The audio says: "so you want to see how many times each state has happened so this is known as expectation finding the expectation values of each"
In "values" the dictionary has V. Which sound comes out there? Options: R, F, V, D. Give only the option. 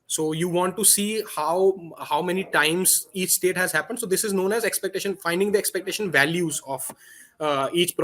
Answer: V